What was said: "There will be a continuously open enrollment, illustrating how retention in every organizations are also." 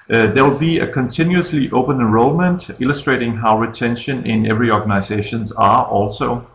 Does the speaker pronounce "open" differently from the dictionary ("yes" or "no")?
yes